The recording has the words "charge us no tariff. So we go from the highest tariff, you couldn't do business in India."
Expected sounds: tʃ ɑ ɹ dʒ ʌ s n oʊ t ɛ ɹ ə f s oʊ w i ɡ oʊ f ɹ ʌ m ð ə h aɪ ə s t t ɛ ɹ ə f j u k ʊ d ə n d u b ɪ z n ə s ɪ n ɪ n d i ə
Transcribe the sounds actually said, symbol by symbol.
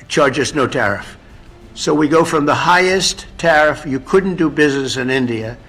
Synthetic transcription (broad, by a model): tʃ ɑ ɹ dʒ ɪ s n oʊ t ɛ ɹ ə f s oʊ w i ɡ oʊ f ɹ ʌ m ð ə h aɪ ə s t t ɛ ɹ ə f j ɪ k ʊ d n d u b ɪ z n ə s ɪ n ɪ n d i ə